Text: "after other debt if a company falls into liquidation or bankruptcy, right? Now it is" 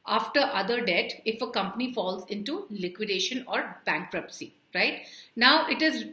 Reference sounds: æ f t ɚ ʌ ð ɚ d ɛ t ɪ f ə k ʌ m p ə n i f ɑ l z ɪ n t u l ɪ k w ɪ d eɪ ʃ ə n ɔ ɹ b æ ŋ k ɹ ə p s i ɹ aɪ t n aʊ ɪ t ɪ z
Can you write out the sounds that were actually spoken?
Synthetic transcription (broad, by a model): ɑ f t ɚ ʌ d ɚ d ɛ t ɪ f ə k ʌ m p ə n i f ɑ l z ɪ n t u l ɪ k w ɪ d eɪ ʃ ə n ɔ ɹ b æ ŋ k ɹ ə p s i ɹ aɪ t n aʊ ɪ t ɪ z